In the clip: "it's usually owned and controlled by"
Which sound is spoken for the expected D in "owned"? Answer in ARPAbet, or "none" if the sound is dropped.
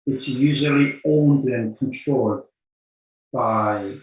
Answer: D